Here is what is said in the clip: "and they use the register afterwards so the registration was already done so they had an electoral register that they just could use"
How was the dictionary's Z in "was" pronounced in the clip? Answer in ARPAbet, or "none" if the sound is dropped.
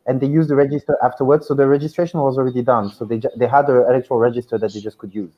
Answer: Z